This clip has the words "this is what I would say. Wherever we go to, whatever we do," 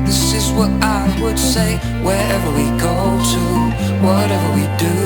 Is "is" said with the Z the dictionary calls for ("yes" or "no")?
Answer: yes